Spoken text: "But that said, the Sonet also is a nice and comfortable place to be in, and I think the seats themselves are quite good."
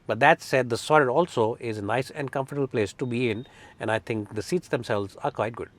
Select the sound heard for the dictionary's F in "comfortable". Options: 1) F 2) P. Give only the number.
1